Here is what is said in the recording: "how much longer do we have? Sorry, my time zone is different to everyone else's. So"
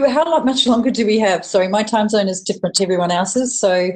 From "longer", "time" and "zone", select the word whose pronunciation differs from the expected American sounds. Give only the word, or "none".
none